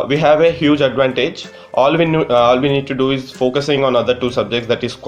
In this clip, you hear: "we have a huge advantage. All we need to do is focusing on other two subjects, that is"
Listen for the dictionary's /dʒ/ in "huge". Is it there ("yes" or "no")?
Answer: yes